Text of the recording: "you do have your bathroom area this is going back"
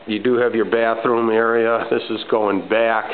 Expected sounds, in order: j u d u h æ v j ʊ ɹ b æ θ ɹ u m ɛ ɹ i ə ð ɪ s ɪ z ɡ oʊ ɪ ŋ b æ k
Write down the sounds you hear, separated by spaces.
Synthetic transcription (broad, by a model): j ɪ d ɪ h v j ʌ ɹ b æ θ ɹ u m ɛ ɹ i ə ð ɪ s ɪ z ɡ oʊ ɪ ŋ b æ k